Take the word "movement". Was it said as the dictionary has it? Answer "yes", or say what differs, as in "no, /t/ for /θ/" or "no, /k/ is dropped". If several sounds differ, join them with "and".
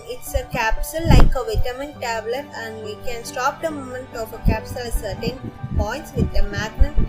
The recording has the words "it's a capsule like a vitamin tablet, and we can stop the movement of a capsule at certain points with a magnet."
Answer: no, /v/ is dropped